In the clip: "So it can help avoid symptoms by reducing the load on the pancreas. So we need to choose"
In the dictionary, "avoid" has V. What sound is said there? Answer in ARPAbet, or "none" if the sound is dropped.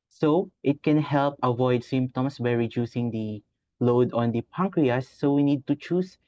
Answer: V